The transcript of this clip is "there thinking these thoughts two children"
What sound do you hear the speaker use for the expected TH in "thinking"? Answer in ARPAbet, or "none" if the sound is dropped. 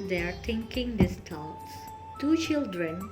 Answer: T